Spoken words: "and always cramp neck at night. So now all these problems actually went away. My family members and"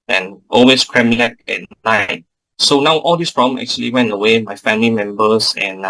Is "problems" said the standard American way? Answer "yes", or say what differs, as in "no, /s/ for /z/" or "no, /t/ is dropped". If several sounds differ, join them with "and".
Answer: no, /z/ is dropped